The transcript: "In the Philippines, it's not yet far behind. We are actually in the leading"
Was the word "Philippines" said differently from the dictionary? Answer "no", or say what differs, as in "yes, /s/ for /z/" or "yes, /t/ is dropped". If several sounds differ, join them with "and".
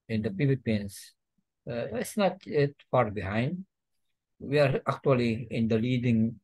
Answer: yes, /p/ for /f/